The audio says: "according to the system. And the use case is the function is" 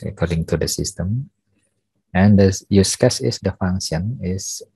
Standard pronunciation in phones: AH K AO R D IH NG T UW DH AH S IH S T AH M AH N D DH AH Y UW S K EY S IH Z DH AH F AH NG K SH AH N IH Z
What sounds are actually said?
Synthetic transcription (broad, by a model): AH K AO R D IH NG T UW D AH S IH S T AH M AH N D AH Y UW S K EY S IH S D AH F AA NG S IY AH N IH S